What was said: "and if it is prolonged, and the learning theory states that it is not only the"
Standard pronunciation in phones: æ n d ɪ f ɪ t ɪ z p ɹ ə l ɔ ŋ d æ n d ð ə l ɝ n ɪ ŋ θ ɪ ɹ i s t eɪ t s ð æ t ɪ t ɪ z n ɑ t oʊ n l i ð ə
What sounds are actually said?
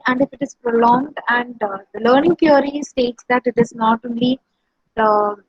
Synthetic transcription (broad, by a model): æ n d ɪ f ɪ t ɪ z p ɹ ə l ɔ ŋ d æ n d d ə l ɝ n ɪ ŋ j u ɹ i s t eɪ t s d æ t ɪ t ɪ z n ɑ t oʊ n l i